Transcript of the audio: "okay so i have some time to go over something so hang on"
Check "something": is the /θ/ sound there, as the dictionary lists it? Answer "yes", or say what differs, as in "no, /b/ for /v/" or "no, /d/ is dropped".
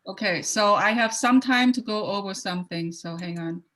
yes